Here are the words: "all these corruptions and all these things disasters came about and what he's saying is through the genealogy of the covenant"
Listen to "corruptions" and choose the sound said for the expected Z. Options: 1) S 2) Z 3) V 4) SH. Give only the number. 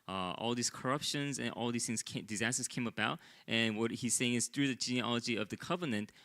2